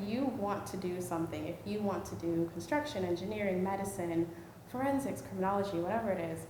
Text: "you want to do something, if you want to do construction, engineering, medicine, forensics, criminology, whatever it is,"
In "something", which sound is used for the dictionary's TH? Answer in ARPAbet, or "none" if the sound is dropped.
TH